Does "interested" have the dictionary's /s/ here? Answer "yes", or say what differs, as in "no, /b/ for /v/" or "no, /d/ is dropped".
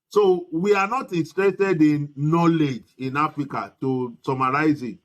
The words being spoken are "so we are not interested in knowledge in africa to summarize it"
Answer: no, /s/ is dropped